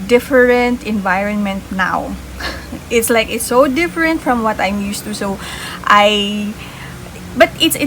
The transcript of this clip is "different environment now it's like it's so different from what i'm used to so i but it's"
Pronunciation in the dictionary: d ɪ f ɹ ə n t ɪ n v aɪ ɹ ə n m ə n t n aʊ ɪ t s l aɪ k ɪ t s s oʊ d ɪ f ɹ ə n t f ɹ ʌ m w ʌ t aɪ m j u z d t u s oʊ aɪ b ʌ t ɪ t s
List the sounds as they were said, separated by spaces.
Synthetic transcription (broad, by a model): d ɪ f ɹ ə n t ɪ n v aɪ ɹ ə n m ə n t n aʊ ɪ t s l aɪ k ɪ t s s oʊ d ɪ f ɹ ə n t f ɹ ʌ m w ʌ t aɪ m j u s t u s oʊ aɪ b ʌ t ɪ t s